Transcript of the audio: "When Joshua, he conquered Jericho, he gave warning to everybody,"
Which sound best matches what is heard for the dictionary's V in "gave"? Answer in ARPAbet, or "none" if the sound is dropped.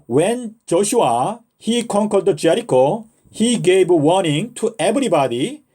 B